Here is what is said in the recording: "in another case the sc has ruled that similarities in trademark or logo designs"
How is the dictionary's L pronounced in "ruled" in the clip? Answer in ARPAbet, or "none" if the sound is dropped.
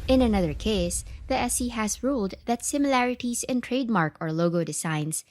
L